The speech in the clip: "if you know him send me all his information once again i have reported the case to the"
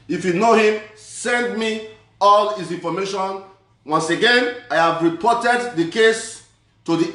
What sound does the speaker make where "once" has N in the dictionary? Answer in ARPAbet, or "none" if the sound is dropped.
N